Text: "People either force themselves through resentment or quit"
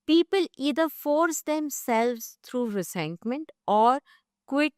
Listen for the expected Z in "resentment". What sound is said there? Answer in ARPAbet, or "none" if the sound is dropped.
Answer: S